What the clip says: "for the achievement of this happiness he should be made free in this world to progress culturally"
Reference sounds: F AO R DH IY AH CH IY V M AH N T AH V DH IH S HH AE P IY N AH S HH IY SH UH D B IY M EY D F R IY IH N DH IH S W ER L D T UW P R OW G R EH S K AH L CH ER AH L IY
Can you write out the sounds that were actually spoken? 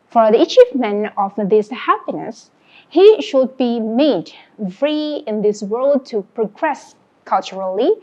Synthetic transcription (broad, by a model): F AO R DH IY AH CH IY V M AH N AH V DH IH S HH AE P IY N AH S HH IY SH UH D B IY M EY D F R IY IH N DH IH S W ER L D T UW P R OW G R EH S K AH L CH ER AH L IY